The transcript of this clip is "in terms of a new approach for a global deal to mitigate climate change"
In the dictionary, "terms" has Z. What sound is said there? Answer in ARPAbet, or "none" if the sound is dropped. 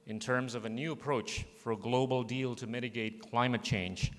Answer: Z